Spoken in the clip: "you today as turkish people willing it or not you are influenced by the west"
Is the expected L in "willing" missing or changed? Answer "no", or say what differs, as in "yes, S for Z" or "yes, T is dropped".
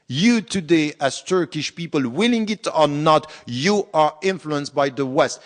no